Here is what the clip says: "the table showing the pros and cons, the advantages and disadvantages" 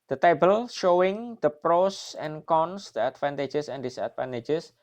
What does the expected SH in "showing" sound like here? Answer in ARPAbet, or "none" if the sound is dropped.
SH